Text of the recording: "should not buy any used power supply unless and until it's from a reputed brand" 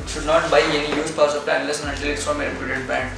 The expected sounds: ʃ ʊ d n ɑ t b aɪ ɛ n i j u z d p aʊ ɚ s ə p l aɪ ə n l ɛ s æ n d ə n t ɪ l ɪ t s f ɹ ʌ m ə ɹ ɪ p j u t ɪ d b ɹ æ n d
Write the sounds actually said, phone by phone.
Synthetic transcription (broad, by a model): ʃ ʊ d n ɑ t b aɪ ɛ n i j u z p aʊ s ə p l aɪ ə n l ɛ s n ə t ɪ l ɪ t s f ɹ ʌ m ə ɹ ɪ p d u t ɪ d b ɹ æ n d